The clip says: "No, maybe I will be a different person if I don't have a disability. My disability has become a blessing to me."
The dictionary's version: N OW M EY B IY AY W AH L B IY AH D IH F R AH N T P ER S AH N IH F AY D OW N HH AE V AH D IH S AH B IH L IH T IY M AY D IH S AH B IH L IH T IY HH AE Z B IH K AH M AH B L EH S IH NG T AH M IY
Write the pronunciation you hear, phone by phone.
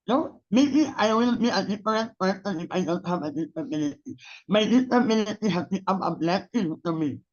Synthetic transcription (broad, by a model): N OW M EY B IY AY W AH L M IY AH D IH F R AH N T P ER S AH N IH F AY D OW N HH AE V AH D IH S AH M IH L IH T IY M AY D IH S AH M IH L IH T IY HH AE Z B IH AA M AH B L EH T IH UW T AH M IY